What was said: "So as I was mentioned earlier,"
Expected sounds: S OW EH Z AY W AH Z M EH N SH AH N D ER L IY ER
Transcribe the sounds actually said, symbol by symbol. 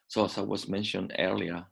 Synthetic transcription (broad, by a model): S OW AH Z AY W AH Z M EH N SH AH N D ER L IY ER